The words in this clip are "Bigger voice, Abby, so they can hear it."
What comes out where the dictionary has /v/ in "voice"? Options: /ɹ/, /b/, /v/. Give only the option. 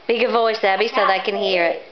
/v/